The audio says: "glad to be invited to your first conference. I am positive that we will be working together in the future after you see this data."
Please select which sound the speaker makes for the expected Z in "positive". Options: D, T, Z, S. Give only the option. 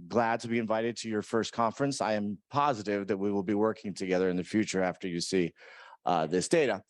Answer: Z